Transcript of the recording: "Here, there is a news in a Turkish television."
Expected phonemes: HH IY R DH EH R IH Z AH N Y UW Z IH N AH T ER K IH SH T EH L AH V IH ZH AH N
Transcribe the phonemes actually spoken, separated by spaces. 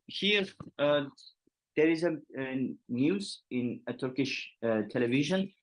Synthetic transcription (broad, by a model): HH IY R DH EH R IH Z AH N Y UW Z IH N AH T ER K IH SH T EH L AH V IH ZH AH N